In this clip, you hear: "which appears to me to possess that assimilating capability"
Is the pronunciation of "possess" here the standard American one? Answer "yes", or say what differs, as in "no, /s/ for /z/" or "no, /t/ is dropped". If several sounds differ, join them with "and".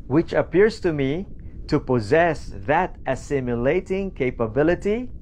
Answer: yes